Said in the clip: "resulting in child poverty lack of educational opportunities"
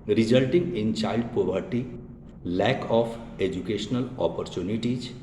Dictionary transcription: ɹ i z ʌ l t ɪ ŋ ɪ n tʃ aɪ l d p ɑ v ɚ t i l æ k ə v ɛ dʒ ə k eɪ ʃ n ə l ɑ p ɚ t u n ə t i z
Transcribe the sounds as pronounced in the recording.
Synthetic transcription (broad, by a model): ɹ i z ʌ l t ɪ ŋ ɪ n tʃ aɪ l d p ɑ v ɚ t i l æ k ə f ɛ dʒ ə k eɪ ʃ n ə l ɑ p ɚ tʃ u n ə t i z